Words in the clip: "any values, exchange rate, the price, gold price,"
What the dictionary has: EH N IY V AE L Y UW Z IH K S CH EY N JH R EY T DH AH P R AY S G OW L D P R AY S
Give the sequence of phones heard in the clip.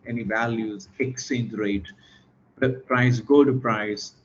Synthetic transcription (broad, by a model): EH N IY V AE L Y UW Z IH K S EY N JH R EY T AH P R AY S G OW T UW P R AY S